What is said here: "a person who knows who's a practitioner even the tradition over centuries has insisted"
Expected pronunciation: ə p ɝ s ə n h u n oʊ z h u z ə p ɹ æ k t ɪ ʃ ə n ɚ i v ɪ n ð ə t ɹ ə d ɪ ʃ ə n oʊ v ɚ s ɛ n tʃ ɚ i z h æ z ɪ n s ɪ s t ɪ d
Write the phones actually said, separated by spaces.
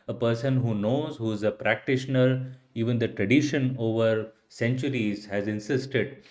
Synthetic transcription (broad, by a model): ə p ɝ s ə n h u n oʊ z h u z ə p ɹ æ k t ɪ ʃ ə n ɚ i v ɪ n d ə t ɹ ə d ɪ ʃ ə n oʊ v ɚ s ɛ n tʃ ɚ i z h æ z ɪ n s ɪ s t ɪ d